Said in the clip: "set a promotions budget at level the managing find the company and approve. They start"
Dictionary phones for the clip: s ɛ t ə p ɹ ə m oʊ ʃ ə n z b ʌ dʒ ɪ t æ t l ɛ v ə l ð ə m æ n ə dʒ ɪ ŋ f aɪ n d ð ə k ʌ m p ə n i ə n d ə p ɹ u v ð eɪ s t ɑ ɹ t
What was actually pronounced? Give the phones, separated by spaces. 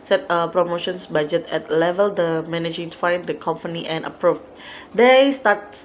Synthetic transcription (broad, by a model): s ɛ t ə p ɹ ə m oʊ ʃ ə n s b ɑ dʒ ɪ t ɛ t l ɛ v ə l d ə m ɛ n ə dʒ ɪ ŋ f aɪ n d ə k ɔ m p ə n i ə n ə p ɹ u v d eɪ s t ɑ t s